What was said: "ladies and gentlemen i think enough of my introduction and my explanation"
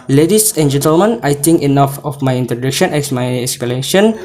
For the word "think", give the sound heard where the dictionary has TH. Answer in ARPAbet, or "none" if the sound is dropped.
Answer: T